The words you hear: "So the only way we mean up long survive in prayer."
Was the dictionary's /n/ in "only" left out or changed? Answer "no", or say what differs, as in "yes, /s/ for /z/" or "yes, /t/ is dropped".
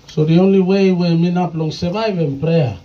no